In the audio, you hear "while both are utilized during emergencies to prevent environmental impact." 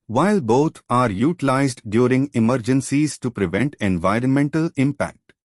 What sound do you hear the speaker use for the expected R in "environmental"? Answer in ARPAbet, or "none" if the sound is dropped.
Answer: R